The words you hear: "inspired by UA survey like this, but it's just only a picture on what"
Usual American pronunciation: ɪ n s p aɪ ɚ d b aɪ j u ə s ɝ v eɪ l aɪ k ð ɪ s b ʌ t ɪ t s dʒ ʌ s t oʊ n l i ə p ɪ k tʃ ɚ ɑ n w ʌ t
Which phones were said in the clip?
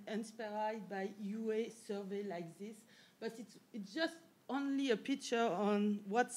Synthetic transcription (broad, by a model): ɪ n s p aɪ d b aɪ j u ə s ɝ v eɪ l aɪ k ð ɪ s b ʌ t ɪ t s dʒ ʌ s t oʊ n l i ə p ɪ k tʃ ɚ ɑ n w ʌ t